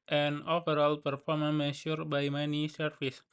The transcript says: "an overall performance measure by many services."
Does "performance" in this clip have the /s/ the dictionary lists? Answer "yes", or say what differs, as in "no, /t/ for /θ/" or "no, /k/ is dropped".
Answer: no, /s/ is dropped